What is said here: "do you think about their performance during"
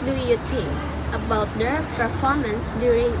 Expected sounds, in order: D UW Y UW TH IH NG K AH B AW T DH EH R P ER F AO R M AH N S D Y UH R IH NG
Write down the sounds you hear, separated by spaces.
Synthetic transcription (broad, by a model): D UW Y UW T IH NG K AH B AW T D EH R P ER F AO R M AH N S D Y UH R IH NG